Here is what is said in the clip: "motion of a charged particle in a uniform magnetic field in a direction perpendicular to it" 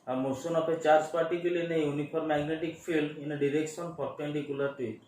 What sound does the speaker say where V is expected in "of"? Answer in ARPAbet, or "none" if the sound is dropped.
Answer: P